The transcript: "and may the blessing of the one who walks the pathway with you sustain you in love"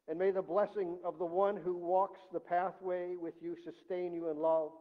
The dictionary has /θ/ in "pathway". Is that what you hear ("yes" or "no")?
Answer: yes